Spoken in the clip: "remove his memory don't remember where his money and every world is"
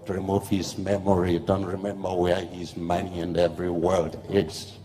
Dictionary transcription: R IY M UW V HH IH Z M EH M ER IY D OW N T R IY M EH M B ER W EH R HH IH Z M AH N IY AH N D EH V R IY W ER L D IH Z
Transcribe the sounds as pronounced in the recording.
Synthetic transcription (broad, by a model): R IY M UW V HH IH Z M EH M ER IY D OW N T R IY M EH M B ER W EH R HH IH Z M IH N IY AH N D EH V R IY W ER L D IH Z